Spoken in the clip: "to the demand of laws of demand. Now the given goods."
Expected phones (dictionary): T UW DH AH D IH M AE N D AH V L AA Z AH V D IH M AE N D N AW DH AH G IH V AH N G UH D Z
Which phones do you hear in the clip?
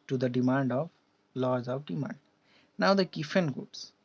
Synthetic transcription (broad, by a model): T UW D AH D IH M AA N D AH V L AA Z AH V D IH M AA N D N AW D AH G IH F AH N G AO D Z